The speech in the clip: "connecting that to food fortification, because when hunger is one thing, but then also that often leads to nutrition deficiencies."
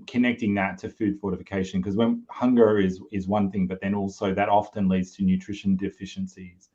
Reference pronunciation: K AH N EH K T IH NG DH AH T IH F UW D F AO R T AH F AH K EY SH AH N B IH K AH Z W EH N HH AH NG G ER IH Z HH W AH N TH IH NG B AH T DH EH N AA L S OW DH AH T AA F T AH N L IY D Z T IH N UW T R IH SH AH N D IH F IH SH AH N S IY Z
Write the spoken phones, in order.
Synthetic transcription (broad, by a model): K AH N EH K T IH NG DH AH T IH F UW D F AO R T AH F AH K EY SH AH N K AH Z W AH N HH AH NG G ER IH Z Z W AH N TH IH NG B AH T DH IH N AA L S OW DH AH T AA F T AH N L IY D Z T IH N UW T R IH SH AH N D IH F IH SH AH N S IY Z